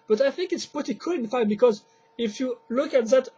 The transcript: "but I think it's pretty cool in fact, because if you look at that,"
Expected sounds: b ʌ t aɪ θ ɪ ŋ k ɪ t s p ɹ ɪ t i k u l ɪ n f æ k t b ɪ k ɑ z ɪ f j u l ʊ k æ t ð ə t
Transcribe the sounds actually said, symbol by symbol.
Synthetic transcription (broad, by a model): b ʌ t aɪ θ ɪ ŋ k ɪ t s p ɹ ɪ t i k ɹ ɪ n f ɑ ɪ b ɪ k ɑ z ɪ f j u l ʊ k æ t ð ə t